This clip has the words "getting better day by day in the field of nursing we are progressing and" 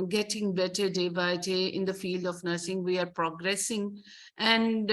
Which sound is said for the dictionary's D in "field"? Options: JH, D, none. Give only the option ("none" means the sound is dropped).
D